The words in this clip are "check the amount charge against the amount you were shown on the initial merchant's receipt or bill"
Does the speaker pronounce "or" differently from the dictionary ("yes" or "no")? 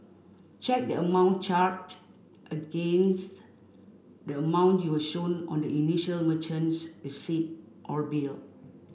no